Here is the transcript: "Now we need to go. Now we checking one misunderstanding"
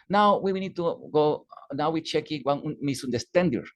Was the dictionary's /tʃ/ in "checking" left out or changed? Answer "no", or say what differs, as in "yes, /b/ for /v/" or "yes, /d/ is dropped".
no